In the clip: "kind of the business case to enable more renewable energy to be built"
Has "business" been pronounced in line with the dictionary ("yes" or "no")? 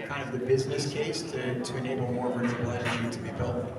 yes